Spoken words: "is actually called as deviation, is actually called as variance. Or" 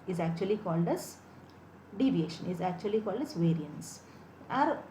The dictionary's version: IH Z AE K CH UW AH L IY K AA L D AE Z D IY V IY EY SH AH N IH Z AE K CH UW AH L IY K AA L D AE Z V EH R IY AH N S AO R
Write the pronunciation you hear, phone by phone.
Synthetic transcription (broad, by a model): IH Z AE K CH UW AH L IY K AA L D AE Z D IY V IY EY SH AH N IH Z AE K CH UW AH L IY K AA L D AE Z V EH R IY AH N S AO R